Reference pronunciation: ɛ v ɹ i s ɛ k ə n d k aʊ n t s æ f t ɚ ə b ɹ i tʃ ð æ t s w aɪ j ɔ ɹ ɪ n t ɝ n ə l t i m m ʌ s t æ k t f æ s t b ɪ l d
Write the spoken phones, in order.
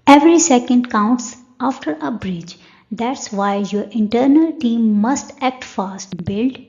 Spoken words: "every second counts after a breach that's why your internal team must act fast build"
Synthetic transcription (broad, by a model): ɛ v ɹ i s ɛ k ə n d k aʊ n t s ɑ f t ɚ ə b ɹ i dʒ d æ t s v aɪ j ɔ ɹ ɪ n t ɝ n ə l t i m m ʌ s t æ k t f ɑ s t b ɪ l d